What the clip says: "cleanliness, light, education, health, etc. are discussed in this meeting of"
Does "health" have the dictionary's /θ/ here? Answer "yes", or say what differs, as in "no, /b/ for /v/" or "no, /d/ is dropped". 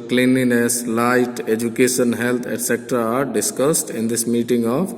no, /t/ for /θ/